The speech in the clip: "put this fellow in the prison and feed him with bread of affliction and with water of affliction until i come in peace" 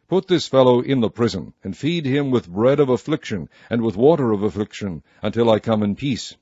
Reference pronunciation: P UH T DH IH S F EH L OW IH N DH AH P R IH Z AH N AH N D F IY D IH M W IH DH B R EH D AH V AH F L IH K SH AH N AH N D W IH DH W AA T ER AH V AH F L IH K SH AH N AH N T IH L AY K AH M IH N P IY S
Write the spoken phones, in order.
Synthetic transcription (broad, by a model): P UH T DH IH S F EH L OW IH N DH AH P R IH Z AH N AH N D F IY D IH M W IH DH B R EH D AH V AH F L IH K SH AH N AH N W IH DH W AA T ER AH V AH F L IH K SH AH N AH N T IH L AY K AH M IH N P IY S